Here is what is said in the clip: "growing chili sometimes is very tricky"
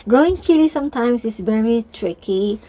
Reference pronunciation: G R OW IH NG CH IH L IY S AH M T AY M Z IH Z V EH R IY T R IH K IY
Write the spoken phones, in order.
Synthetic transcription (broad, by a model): G R OW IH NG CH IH L IY S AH M T AY M S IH S V EH R IY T R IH K IY